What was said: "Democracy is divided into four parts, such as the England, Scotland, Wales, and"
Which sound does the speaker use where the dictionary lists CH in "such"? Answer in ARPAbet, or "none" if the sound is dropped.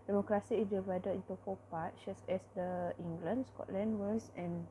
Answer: S